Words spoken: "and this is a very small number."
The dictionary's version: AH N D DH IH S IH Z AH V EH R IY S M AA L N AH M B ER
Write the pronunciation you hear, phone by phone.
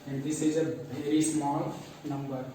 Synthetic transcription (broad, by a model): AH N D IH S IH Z AH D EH IY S M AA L N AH M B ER